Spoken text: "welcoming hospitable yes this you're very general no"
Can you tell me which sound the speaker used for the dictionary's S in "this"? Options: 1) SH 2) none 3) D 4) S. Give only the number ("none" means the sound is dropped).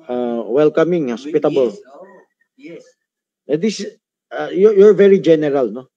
2